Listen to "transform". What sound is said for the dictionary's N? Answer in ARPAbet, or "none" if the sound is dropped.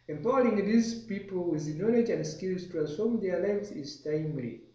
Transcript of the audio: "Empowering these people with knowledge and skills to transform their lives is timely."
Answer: none